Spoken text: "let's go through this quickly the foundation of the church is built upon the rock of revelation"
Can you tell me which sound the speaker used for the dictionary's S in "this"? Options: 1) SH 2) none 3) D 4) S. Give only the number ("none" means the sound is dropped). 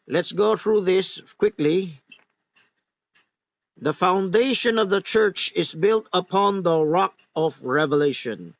4